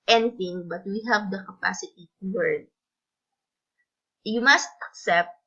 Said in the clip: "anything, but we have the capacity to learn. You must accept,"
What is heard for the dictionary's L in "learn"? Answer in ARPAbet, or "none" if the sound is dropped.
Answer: W